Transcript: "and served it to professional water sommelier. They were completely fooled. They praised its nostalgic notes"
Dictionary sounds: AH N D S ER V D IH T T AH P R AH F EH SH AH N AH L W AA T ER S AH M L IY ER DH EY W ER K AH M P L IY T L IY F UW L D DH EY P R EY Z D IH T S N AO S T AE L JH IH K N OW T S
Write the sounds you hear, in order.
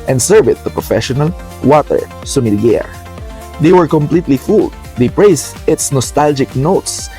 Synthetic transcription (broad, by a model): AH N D S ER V IH T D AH P R AH F EH SH AH N AH L W AA T ER S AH M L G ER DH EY W ER K AH M P L IY T L IY F UW L D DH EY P R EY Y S IH T S N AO S T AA L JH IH K N OW T S